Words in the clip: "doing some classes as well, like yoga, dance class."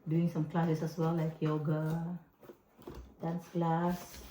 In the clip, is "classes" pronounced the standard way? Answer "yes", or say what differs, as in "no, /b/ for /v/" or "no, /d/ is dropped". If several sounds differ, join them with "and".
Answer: no, /s/ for /z/